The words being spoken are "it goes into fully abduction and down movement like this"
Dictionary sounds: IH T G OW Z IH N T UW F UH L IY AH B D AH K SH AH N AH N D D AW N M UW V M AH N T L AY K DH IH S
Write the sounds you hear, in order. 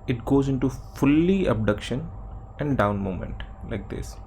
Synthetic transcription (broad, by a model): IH T G OW Z IH N T UW F UH L IY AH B D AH K SH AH N AH N D D AW N M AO M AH N T L AY K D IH S